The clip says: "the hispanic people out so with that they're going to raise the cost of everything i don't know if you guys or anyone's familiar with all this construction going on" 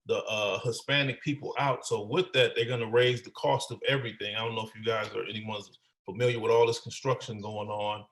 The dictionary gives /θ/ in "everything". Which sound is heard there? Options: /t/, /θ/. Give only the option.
/θ/